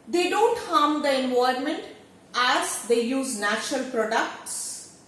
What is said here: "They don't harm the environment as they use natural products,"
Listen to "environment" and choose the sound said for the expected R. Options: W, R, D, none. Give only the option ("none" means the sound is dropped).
none